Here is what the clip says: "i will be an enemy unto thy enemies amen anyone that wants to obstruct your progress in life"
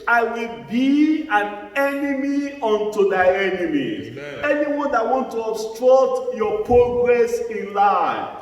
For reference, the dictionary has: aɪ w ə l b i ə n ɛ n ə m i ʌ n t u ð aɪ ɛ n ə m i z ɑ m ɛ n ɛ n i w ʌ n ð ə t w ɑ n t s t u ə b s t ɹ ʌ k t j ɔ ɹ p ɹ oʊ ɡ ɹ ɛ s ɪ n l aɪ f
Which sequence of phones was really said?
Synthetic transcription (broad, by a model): aɪ w ə l b i ə n ɛ n ə m i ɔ n t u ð aɪ ɛ n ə m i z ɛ ɛ n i w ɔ n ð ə t w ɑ n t t u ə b s t ɹ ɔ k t j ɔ p ɹ oʊ ɡ ɹ ɛ s ɪ n l aɪ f